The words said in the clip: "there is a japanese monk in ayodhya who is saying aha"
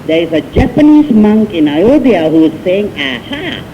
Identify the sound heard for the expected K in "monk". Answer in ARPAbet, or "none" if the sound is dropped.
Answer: K